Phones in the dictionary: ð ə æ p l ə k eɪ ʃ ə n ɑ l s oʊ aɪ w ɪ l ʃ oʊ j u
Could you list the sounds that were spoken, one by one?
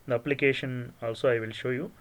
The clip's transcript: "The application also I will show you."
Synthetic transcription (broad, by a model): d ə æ p l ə k eɪ ʃ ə n ɑ l s oʊ aɪ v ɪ l ʃ oʊ j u